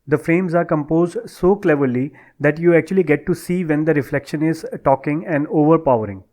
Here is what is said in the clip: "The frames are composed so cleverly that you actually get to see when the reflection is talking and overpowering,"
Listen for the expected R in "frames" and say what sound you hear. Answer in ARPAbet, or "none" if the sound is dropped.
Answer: R